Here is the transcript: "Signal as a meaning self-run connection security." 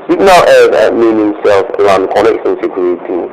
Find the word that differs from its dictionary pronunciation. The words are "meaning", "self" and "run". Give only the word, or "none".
run